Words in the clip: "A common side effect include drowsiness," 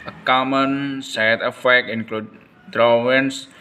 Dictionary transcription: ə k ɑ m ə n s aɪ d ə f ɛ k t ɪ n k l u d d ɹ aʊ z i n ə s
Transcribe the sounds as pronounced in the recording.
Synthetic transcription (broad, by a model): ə k ɑ m ə n s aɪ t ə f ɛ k ɪ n k l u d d ɹ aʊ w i n s